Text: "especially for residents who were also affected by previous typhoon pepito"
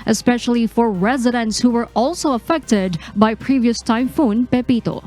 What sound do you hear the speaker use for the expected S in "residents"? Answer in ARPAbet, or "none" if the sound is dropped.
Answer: S